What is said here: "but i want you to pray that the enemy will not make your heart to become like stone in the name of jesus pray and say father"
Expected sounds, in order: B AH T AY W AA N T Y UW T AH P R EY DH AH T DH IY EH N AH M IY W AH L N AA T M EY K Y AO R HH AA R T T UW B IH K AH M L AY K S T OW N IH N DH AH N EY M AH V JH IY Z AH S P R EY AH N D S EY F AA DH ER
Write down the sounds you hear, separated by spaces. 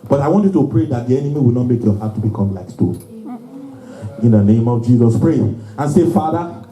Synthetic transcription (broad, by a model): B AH T AY W AA N T Y UW T AH P R EY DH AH T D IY EH N AH M IY W AH L N AA T M EY K Y AO HH AA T T UW B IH K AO M L AY K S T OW IH N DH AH N EY M AH V JH IY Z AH S P R EY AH N S EY F AA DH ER